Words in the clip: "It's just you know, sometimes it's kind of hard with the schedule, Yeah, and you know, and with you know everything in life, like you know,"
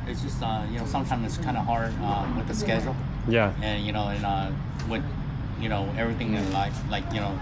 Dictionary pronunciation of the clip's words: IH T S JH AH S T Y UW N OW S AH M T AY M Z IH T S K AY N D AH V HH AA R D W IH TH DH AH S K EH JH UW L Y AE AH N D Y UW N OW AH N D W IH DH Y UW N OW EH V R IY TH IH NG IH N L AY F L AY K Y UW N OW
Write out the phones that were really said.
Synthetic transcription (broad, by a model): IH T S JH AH S T Y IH N OW S AH M T AY M Z IH T S K AY N D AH HH AA R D W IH DH AH S K EH JH L Y AE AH N Y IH N OW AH N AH W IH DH Y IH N OW EH V R IY TH IH NG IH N L AY F L AY K Y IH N OW